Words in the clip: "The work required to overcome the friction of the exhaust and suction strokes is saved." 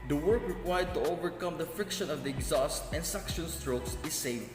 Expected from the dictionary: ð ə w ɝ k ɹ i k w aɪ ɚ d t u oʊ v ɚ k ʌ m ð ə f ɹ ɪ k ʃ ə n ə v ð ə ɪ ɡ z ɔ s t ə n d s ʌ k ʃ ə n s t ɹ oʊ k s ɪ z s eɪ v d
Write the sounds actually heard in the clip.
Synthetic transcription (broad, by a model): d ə w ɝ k ɹ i k w aɪ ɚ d t u oʊ v ɚ k ʌ m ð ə f ɹ ɪ k ʃ ə n ə v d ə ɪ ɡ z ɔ s t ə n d s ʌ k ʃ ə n s t ɹ oʊ k s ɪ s eɪ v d